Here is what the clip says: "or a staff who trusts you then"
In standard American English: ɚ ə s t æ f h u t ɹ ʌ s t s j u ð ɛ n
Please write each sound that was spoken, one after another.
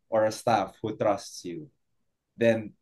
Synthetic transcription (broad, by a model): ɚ ə s t æ f h u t ɹ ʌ s t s j u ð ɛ n